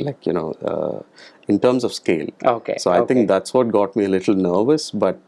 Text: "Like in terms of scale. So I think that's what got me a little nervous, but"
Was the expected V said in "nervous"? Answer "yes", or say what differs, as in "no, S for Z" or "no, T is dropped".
yes